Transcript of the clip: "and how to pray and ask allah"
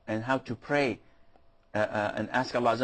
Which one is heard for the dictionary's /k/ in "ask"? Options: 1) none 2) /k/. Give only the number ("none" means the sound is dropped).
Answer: 2